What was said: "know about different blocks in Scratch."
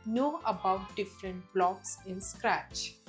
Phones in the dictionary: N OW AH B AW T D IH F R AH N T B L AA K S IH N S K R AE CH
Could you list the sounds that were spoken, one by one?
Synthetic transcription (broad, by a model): N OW AH B AW T D IH F R AH N T B L AA K S IH N S K R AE CH